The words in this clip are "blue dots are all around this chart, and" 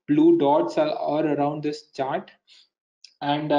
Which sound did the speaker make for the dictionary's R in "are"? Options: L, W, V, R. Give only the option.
L